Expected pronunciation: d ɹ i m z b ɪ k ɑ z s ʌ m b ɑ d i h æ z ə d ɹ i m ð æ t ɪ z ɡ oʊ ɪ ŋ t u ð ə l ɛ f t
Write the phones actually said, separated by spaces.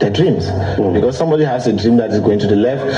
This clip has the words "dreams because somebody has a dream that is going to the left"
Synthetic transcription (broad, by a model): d ɹ i m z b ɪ k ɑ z s ʌ m b ɑ d i h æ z ə d ɹ i m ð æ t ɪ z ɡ oʊ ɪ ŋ t u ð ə l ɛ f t